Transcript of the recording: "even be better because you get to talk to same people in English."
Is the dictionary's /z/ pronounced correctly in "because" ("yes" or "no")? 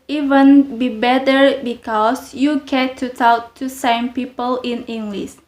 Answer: no